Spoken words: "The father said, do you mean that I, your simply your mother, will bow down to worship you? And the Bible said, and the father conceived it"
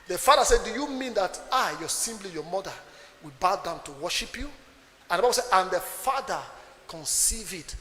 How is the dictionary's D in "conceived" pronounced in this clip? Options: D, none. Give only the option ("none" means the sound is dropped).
none